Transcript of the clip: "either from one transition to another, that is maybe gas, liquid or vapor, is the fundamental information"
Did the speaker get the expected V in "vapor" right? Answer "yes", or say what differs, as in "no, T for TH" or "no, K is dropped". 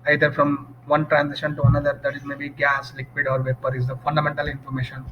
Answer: yes